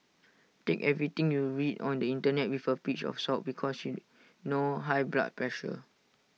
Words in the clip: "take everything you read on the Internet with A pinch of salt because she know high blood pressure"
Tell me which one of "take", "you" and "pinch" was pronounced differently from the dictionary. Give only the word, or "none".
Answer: pinch